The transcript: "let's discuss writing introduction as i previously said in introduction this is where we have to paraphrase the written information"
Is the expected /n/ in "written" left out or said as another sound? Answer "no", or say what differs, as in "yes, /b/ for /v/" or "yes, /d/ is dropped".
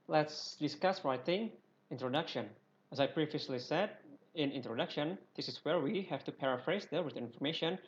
yes, /n/ is dropped